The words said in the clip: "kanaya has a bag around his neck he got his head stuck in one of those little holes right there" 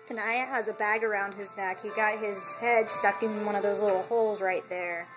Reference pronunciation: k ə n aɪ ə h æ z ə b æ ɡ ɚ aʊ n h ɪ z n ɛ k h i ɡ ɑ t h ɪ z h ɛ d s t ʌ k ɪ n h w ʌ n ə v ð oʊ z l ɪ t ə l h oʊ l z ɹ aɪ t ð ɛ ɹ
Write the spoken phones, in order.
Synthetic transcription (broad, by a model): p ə n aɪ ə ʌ z ə b æ ɡ ɚ aʊ n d ɪ z n ɛ k h i ɡ ɑ t h ɪ z h ɛ d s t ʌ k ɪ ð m w ʌ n ə v ð oʊ z l ɪ t l h oʊ l z ɹ aɪ t ð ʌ ɹ